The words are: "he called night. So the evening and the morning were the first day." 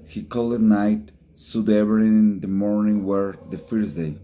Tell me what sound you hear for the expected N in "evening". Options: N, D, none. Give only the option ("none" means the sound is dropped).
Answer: none